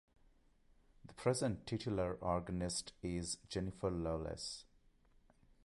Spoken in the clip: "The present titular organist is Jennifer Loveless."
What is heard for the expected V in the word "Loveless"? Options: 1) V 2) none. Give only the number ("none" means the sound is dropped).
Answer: 2